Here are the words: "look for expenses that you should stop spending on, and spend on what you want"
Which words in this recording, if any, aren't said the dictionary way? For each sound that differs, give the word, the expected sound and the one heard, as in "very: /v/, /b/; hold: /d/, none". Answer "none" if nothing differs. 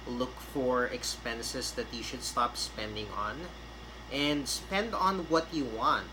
expenses: /z/, /s/